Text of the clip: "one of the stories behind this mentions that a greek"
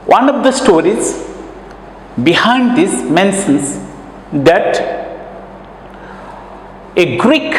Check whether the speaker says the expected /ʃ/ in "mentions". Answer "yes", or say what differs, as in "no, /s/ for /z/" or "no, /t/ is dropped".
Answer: no, /s/ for /ʃ/